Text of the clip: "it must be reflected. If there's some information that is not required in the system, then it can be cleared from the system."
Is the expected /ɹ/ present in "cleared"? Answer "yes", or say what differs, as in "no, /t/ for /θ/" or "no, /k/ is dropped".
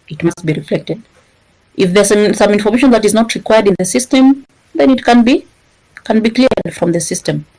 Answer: no, /l/ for /ɹ/